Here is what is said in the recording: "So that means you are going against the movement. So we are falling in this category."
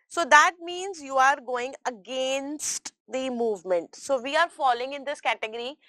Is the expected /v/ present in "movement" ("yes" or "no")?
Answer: yes